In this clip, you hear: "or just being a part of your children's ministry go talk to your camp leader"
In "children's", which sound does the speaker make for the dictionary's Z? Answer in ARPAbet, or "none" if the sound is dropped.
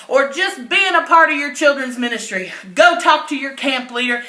Z